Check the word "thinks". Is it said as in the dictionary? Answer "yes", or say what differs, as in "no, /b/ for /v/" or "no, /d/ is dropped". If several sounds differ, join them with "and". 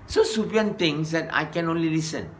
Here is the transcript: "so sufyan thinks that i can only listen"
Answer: no, /t/ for /θ/ and /k/ is dropped